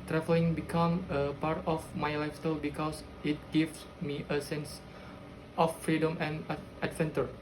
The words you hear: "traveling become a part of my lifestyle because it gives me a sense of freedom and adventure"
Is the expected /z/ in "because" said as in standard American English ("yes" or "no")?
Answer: no